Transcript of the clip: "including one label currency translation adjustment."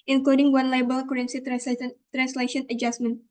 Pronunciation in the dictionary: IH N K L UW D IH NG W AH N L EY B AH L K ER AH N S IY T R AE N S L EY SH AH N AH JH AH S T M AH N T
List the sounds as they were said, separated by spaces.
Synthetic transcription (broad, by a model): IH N K L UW D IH NG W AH N L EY B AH L K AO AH N S IY T R AE N S L EY SH AH N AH JH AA S M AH N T